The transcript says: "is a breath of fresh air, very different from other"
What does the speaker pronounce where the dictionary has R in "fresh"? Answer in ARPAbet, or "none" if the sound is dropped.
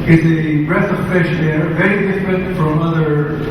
none